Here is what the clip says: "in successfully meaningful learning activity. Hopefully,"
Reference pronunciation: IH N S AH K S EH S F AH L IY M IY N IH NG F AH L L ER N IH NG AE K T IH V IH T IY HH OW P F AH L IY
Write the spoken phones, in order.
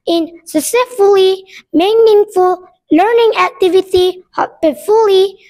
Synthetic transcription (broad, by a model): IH N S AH S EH F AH L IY M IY N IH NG F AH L L ER N IH NG AE K T IH V IH T IY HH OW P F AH L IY